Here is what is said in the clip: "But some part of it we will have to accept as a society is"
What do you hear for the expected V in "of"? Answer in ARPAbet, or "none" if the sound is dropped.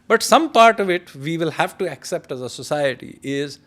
V